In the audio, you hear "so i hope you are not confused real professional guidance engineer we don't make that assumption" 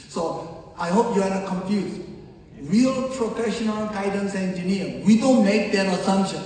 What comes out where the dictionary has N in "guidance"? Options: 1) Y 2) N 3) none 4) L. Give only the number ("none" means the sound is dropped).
2